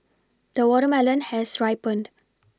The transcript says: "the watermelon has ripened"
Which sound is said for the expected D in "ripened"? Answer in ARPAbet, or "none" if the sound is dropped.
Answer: D